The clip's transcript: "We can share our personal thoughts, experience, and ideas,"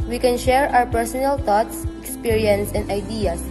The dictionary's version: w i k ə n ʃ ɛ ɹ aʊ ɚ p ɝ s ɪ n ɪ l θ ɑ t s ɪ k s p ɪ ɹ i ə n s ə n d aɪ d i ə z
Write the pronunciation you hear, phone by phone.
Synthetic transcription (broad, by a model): w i k ə n ʃ ɛ ɹ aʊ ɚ p ɝ s ɪ n ɪ l t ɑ t s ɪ k s p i ɹ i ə n s ə n d aɪ d i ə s